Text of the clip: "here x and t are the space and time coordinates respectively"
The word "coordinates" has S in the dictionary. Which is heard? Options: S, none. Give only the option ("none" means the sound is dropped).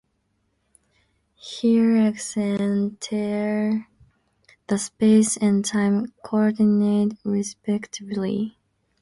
none